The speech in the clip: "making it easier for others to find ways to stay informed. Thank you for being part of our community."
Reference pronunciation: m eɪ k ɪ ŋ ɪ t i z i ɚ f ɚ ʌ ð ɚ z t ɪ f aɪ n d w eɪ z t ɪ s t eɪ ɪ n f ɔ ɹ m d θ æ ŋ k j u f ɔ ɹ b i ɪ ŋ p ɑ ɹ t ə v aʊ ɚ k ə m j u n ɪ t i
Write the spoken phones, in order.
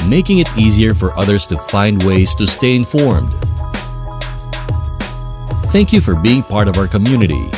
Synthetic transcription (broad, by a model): m eɪ k ɪ ŋ ɪ t i z i ɚ f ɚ ʌ ð ɚ z t ɪ f aɪ n d w eɪ z t ɪ s t eɪ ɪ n f ɔ ɹ m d θ æ ŋ k j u f ɔ ɹ b i ɪ ŋ p ɑ ɹ t ə v aʊ ɚ k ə m j u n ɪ t i